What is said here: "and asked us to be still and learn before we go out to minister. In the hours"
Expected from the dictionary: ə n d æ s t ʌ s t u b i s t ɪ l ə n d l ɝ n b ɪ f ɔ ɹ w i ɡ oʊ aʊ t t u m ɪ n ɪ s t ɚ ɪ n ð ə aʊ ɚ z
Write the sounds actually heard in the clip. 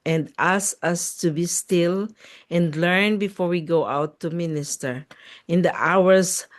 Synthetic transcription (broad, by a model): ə n d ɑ s ʌ s t u b i s t ɪ l ə n d l ɝ n b ɪ f ɔ ɹ w i ɡ oʊ aʊ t t u m ɪ n ɪ s t ɚ ɪ n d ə aʊ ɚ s